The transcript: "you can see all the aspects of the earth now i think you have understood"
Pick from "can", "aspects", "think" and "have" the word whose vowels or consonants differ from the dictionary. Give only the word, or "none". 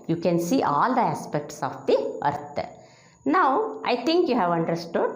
think